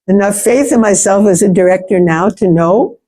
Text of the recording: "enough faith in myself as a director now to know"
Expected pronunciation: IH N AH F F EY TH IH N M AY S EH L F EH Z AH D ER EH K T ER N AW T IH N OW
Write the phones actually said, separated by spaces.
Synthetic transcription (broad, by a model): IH N AH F F EY TH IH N M AY S EH L F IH Z AH D ER EH K T ER N AW T IH N OW